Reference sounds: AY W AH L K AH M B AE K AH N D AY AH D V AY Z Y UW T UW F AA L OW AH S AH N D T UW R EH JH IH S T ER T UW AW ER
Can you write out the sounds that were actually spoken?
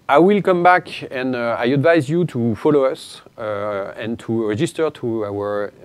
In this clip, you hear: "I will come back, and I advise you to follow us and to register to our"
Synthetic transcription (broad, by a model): AY W AH L K AH M B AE K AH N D AY AH D V AY Z Y UW T UW F AA L OW AH S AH N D T UW R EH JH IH S T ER T UW AW ER